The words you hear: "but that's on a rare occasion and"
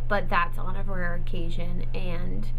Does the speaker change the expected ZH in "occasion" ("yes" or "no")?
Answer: no